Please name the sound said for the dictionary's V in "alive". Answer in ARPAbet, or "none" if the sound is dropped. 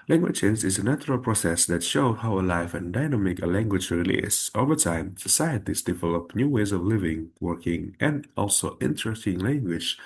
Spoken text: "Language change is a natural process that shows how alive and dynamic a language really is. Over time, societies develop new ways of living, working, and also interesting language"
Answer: F